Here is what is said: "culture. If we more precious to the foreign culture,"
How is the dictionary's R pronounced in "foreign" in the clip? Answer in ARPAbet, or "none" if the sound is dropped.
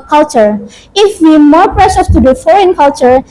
R